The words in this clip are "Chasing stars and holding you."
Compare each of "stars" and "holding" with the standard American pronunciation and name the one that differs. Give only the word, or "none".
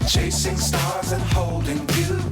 none